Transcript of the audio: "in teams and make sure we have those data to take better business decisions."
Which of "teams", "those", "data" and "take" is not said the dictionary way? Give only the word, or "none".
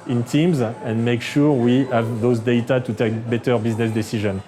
none